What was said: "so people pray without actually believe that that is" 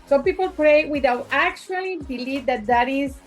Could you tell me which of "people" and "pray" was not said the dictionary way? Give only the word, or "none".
none